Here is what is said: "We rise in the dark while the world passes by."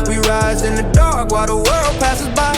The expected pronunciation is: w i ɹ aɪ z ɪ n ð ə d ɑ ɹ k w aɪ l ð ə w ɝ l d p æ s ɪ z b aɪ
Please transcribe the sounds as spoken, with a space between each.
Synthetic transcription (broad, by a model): w i ɹ aɪ z ɪ n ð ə d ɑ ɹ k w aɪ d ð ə w ɝ l d p æ s ɪ z b aɪ